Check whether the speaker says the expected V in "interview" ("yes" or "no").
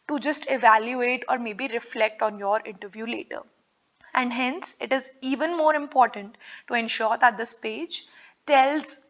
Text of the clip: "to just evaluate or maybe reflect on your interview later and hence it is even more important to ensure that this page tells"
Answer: yes